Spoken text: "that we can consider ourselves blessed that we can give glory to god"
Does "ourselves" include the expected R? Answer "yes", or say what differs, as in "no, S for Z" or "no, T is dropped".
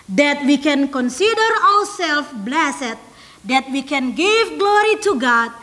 no, W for R